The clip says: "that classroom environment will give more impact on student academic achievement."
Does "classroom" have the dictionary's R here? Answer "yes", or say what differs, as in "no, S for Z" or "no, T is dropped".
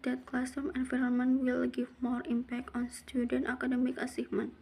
no, R is dropped